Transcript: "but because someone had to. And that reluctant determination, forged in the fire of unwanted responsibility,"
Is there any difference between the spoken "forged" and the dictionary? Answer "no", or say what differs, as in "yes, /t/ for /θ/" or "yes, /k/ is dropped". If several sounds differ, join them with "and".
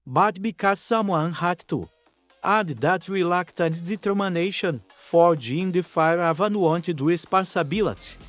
yes, /d/ is dropped